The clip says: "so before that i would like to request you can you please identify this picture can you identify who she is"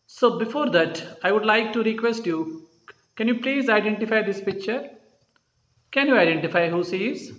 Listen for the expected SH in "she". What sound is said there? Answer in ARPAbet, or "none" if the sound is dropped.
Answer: S